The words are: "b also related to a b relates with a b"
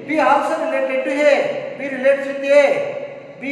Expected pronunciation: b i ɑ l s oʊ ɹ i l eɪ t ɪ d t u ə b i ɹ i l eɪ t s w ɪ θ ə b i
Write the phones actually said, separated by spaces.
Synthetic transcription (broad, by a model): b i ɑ w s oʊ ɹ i l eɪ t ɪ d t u ə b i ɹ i l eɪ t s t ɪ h ə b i